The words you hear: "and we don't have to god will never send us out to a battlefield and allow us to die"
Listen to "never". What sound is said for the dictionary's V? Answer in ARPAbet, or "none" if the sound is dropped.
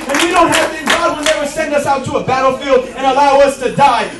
W